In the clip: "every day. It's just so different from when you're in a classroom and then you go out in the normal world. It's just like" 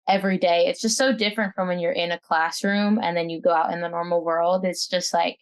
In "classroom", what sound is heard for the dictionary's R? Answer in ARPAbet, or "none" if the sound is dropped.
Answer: R